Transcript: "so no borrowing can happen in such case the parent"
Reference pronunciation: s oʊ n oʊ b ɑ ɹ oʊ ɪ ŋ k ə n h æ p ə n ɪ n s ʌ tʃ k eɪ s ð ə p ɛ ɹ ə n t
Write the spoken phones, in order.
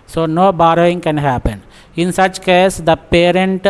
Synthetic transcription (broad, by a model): s oʊ n oʊ b ɑ ɹ oʊ ɪ ŋ k ə n h æ p ə n ɪ n s ʌ tʃ k eɪ s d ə p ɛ ɹ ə n t